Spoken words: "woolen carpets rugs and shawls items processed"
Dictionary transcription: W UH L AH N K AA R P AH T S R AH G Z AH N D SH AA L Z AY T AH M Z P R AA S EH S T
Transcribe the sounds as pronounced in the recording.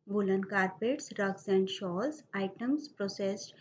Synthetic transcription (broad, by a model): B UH L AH N K AA R P AH T S R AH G S AH N D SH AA L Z AY T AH M S P R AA S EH S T